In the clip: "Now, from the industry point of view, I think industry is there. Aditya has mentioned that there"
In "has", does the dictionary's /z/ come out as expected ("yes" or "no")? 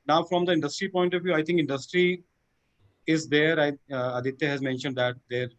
yes